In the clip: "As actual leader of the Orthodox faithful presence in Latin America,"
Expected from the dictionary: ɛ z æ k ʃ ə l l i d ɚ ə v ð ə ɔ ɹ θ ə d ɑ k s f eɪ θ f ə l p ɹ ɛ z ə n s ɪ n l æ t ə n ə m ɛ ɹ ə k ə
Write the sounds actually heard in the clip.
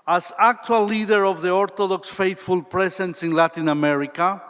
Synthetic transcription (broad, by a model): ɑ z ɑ k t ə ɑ l i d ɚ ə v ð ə ɔ ɹ t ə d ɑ k s f eɪ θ f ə l p ɹ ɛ s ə n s ɪ n l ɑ t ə n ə m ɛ ɹ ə k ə